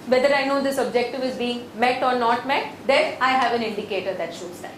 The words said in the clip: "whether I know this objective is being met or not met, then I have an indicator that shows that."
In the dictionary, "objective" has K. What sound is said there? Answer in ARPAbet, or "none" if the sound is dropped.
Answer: K